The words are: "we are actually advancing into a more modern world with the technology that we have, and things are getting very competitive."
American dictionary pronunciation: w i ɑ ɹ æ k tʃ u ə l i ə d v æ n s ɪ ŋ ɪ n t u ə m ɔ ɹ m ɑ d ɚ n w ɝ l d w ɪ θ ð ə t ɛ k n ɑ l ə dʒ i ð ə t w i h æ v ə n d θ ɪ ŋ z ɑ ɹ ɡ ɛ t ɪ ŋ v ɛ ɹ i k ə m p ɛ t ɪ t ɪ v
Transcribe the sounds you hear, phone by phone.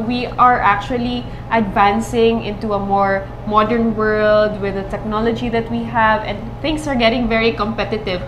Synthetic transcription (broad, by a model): w i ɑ ɹ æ k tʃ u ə l i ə d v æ n s ɪ ŋ ɪ n t u ə m ɔ ɹ m ɑ d ɚ n w ɝ l d w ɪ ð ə t ɛ k n ɑ l ə dʒ i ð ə t w i h æ v ə n d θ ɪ ŋ s ɑ ɹ ɡ ɛ t ɪ ŋ v ɛ ɹ i k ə m p ɛ t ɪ t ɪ v